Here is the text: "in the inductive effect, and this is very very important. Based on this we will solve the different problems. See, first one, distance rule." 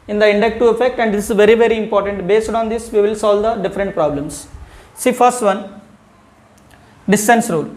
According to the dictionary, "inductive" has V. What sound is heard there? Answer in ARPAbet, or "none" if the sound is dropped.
none